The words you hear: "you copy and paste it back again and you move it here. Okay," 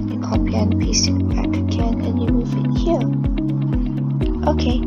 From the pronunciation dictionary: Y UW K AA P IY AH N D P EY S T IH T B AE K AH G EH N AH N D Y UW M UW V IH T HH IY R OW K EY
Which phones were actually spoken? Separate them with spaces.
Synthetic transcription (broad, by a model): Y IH K AA P IY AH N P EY S IH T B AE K AH G EH N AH N Y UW M UW V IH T HH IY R OW K EY